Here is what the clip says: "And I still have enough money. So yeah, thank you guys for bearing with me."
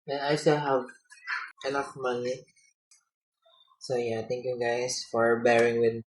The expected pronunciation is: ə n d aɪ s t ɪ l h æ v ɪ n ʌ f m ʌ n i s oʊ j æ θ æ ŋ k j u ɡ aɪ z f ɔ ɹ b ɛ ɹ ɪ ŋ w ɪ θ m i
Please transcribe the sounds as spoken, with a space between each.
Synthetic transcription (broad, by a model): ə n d aɪ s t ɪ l h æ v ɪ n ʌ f m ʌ n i s oʊ j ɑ t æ ŋ k j u ɡ aɪ s f ɔ ɹ b ɛ ɹ ɪ ŋ w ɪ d